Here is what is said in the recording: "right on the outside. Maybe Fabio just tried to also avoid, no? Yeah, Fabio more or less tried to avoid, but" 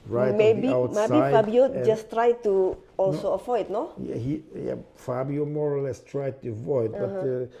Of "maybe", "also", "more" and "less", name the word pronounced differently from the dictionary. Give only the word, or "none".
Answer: maybe